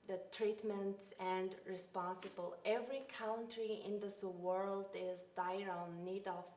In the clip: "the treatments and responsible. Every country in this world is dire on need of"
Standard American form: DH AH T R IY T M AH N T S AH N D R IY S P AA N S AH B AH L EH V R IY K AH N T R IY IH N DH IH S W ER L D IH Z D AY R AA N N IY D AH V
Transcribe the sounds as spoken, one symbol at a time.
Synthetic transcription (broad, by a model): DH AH T R IY T M AH N T S AH N D R IY S P AA N S AH B AH L EH V R IY K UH N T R IY IH N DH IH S W ER L D IH Z D AY R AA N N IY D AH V